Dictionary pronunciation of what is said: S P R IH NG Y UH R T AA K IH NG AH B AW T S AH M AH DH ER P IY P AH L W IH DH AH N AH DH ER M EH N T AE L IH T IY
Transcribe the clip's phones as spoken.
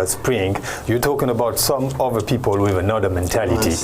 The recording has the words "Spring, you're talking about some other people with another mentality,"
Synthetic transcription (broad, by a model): S P R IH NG Y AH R T AA K IH NG AH B AW T S AH M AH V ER P IY P AH L W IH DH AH N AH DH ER M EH N T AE L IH T IY